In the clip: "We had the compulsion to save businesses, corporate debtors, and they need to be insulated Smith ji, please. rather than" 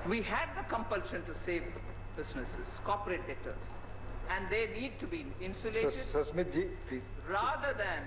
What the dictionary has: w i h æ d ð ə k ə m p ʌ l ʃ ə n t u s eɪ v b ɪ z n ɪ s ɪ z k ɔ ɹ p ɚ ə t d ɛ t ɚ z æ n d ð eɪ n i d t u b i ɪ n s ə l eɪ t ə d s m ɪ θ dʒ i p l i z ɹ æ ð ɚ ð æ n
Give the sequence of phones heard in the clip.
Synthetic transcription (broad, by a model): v i h æ d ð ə k ə m p ʌ l ʃ ə n t u s eɪ v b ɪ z n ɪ s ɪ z k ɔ p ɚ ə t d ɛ t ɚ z æ n d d eɪ n i d t u b i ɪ n s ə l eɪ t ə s m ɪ t dʒ i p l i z ɹ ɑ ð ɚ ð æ n